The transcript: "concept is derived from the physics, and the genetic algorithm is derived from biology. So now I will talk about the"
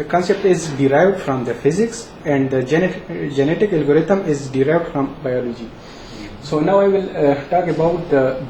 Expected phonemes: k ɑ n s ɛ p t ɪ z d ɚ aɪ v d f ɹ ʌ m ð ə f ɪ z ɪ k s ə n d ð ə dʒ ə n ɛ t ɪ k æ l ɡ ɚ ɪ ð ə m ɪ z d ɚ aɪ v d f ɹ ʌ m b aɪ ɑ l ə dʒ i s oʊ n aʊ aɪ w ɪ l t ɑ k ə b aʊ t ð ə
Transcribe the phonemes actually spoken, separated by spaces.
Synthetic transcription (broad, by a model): k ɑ n s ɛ p t ɪ z d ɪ aɪ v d f ɹ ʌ m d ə f ɪ z ɪ k s ə n d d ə dʒ ə n ɛ t ɪ k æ l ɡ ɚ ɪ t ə m ɪ z d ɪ aɪ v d f ɹ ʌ m b aɪ ɑ l ə dʒ i s oʊ n aʊ aɪ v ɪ l t ɑ k ə b aʊ t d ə